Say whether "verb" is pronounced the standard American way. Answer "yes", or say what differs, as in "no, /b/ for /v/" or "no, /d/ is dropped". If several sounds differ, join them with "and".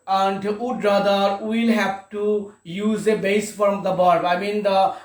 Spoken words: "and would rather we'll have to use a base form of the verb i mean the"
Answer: no, /b/ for /v/